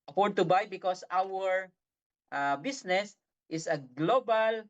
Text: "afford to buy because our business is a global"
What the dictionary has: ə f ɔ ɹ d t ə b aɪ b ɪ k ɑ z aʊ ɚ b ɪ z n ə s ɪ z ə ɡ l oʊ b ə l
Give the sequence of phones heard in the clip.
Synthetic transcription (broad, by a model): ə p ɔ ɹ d t ə b aɪ b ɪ k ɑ s aʊ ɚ b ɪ s n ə s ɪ s ə ɡ l oʊ b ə l